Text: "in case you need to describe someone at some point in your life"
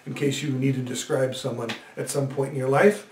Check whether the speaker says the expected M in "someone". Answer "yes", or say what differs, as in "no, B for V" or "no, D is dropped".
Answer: yes